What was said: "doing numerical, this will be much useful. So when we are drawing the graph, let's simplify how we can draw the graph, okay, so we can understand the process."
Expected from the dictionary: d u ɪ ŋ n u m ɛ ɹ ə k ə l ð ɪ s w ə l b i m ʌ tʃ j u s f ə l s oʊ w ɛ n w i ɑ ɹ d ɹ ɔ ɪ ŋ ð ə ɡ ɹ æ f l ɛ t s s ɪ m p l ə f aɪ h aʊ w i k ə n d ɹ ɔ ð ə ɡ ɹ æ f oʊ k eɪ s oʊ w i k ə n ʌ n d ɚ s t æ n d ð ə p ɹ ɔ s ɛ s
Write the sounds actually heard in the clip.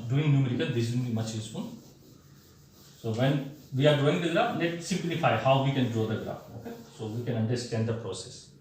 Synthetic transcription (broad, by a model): d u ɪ ŋ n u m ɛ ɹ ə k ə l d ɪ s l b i m ʌ tʃ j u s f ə n s oʊ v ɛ n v i ɑ ɹ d ɔ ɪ ŋ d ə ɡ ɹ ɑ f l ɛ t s s ɪ m p l ə f aɪ h aʊ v i k ə n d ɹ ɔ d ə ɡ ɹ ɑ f oʊ k eɪ s oʊ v i k ə n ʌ n d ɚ s t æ n d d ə p ɹ ɔ s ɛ s